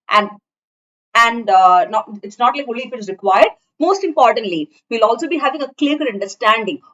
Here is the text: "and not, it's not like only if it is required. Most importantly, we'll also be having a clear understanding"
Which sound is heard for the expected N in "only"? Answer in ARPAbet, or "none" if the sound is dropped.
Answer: none